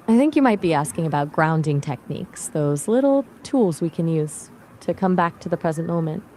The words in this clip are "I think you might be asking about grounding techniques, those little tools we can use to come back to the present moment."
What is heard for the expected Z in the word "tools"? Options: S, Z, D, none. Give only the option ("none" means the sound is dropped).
Z